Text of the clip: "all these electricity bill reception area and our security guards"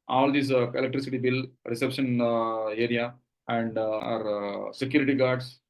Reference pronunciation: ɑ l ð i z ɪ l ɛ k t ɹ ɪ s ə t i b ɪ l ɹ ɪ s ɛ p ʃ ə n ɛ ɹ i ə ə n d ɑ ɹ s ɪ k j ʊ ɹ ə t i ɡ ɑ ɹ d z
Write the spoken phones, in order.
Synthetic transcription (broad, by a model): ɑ l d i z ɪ l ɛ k t ɹ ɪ s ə t i b ɪ l ɹ ɪ s ɛ p ʃ ə n ɛ ɹ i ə ə n d ɑ ɹ s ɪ k j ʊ ɹ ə t i ɡ ɑ ɹ d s